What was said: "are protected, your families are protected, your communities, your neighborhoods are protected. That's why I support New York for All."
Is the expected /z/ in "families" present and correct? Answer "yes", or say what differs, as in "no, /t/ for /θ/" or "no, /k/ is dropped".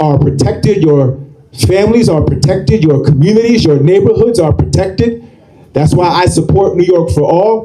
yes